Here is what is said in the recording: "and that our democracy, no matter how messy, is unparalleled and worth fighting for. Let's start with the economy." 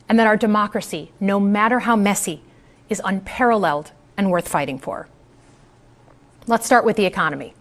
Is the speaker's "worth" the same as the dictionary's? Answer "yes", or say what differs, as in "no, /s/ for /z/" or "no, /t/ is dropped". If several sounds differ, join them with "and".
yes